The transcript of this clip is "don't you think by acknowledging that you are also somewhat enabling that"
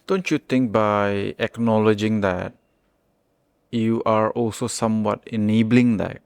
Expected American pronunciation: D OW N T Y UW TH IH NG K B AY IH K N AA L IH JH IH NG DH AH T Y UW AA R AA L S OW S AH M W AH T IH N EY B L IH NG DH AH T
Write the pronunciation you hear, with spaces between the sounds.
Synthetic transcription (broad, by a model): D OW N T Y UW T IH NG K B AY IH K N AA L IH JH IH NG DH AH T Y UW AA R AA L S OW S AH M W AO T IH N EY B L IH NG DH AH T